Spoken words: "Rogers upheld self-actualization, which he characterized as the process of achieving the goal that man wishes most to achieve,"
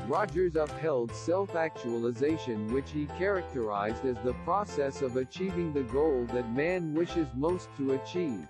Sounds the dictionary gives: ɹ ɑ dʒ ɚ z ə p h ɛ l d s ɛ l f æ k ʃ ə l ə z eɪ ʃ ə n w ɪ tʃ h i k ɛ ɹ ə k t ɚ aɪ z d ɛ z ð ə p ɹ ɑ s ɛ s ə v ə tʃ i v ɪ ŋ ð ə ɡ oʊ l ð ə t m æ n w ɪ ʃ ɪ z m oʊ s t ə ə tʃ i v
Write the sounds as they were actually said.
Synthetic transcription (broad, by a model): ɹ ɑ dʒ ɚ z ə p h ɛ l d s ɛ l f æ k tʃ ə l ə z eɪ ʃ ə n w ɪ tʃ h i k ɛ ɹ ə k t ɚ aɪ z d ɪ z ð ə p ɹ ɑ s ɛ s ə v ə tʃ i v ɪ ŋ ð ə ɡ oʊ l ð ə t m æ n w ɪ ʃ ɪ z m oʊ s t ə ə tʃ i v